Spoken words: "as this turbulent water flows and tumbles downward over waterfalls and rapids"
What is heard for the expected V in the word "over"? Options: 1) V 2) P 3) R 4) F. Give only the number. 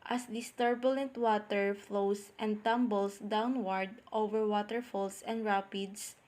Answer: 1